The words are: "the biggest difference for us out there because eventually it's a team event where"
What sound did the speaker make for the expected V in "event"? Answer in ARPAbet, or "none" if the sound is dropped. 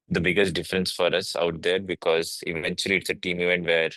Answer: V